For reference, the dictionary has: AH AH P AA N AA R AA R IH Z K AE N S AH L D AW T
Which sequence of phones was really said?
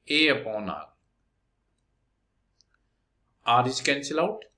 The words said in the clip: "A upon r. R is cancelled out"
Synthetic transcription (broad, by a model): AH AH P AA N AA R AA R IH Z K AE N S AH L AW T